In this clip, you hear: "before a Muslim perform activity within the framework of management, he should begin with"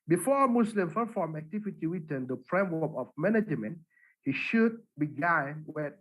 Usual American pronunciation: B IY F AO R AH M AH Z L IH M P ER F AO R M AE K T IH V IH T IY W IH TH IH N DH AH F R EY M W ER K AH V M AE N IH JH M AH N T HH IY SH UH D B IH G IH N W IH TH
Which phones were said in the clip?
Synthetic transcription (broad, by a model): B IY F AO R M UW S L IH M F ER F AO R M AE K T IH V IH T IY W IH T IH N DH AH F R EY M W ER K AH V M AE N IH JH M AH N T HH IY SH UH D B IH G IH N W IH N